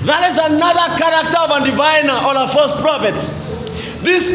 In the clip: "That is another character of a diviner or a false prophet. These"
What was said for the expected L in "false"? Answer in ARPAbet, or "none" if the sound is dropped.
none